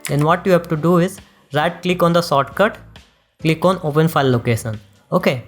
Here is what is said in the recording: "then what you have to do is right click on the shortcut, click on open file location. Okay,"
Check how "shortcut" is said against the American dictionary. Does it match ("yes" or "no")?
no